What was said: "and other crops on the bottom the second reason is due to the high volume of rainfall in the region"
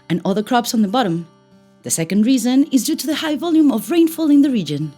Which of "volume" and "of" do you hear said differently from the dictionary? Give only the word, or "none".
none